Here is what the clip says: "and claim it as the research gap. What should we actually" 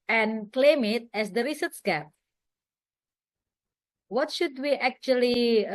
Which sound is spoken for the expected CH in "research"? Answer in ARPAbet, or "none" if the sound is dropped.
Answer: S